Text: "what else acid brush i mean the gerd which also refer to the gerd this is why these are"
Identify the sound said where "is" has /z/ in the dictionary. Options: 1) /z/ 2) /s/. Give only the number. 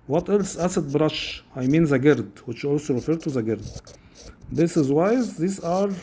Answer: 1